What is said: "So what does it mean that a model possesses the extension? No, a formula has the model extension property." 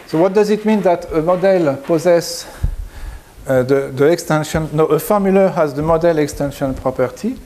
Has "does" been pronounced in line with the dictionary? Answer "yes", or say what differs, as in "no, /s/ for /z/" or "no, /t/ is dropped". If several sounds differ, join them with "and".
yes